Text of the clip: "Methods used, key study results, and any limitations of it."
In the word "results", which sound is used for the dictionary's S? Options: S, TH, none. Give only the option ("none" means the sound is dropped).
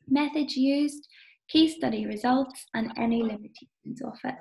S